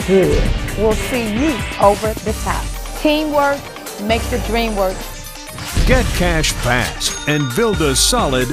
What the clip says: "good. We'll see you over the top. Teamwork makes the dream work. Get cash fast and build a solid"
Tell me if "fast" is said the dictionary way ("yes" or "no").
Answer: no